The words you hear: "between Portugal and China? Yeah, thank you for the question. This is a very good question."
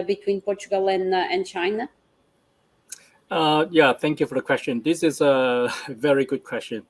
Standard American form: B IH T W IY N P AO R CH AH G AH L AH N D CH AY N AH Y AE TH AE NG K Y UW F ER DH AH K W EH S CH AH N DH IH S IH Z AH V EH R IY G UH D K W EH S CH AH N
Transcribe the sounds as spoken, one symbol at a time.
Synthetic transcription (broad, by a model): B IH T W IY N P AO R CH AH G AH L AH N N CH AY N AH Y AE TH AE NG K Y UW F ER DH AH K W EH S CH AH N DH IH S IH Z AH V EH R IY G UH D K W EH S CH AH N